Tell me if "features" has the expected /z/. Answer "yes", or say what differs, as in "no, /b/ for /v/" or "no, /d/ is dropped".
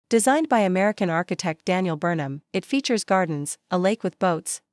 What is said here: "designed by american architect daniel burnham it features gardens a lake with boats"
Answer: yes